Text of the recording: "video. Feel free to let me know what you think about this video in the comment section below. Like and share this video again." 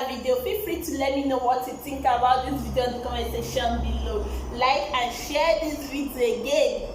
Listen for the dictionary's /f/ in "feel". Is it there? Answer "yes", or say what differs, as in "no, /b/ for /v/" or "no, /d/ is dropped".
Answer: no, /p/ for /f/